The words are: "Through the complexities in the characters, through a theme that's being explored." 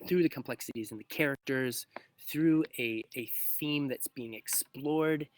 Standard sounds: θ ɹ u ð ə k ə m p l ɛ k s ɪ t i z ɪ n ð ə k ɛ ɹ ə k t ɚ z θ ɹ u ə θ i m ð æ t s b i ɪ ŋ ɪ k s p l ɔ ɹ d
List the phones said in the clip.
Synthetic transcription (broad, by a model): θ ɹ u ð ə k ə m p l ɛ k s ɪ t i z ɪ n ð ə k ɛ ɹ ə k t ɚ z θ ɹ u ə θ i m ð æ t s b i ɪ ŋ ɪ k s p l ɔ ɹ d